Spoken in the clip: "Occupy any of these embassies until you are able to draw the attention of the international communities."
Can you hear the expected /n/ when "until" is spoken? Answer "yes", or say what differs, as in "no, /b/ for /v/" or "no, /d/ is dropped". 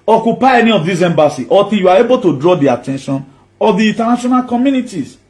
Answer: no, /n/ is dropped